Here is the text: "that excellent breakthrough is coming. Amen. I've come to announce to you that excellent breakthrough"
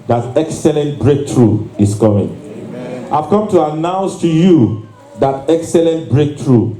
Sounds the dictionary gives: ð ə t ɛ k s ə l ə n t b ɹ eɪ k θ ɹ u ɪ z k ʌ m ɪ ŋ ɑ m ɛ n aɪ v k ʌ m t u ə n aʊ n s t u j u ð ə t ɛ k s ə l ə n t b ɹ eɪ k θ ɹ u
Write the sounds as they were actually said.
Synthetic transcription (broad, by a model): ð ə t ɛ k s ə l ə n t b ɹ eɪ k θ ɹ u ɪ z k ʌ m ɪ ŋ ɑ ɪ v k ʌ m t u ə n aʊ n s t u j u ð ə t ɛ k s ə l ə n t b ɹ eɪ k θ ɹ u